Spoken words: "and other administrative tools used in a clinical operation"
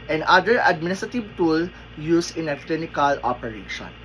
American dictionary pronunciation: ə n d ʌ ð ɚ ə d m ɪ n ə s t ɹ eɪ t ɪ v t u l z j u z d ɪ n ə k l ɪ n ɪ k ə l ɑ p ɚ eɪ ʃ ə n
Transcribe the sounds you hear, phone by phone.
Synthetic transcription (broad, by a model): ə n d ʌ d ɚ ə d m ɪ n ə s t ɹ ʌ t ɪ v t u l j u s ɪ n ə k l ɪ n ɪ k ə l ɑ p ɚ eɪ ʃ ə n